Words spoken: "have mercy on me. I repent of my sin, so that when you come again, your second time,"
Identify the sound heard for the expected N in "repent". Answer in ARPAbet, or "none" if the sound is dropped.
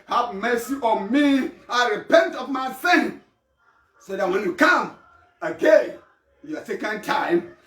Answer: N